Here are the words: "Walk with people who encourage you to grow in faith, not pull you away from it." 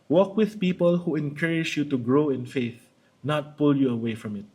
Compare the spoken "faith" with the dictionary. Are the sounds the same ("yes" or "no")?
yes